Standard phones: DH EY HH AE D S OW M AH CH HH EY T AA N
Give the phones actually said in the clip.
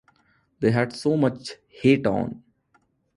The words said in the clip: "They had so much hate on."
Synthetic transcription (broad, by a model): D EY HH AE D S OW M AH CH HH EY T AA N